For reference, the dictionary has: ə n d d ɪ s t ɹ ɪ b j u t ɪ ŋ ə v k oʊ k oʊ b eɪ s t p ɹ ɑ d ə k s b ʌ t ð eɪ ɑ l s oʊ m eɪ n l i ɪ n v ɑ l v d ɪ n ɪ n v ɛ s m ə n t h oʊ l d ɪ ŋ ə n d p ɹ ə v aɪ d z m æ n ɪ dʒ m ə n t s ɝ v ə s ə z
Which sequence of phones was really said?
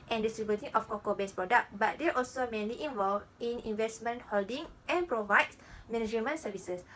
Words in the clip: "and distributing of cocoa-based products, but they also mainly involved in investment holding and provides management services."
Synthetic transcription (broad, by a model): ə n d d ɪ s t ɹ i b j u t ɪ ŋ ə f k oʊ k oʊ b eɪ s p ɹ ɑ d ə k b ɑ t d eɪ ɑ l s oʊ m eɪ n l i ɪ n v ɑ l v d ɪ n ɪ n v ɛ s m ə n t h oʊ l d ɪ ŋ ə n p ɹ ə v aɪ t m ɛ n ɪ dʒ m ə n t s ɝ v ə s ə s